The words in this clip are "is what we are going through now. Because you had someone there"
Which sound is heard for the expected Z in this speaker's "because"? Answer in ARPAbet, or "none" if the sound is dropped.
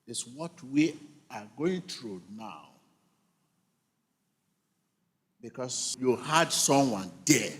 S